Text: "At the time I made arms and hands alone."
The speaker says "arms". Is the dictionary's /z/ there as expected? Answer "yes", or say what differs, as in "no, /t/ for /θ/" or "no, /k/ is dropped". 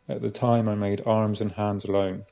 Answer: yes